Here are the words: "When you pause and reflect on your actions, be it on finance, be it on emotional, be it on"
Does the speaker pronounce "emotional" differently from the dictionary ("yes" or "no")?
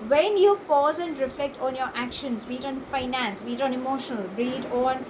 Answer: no